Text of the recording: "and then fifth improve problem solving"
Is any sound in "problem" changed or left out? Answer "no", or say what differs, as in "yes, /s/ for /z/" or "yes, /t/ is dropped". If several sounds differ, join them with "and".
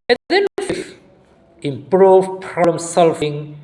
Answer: yes, /b/ is dropped